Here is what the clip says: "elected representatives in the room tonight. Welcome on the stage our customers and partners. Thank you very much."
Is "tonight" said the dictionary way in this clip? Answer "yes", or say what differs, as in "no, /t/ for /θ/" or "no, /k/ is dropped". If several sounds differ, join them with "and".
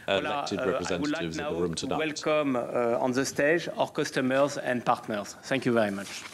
no, /n/ is dropped